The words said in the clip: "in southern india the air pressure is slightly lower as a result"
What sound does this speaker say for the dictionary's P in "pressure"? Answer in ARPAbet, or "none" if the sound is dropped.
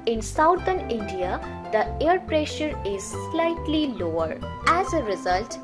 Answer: P